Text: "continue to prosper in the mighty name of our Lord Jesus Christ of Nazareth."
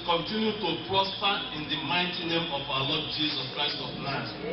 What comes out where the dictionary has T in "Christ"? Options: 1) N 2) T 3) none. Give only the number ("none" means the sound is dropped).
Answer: 2